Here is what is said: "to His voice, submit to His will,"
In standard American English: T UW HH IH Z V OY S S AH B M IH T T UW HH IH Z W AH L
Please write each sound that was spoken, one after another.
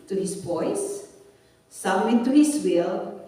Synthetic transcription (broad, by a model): T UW HH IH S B OY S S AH M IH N T UW HH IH S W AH L